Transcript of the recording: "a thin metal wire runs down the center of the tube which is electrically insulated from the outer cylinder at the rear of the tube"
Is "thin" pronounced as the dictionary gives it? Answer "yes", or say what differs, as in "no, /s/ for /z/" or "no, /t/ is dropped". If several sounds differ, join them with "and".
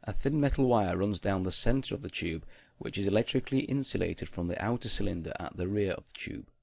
yes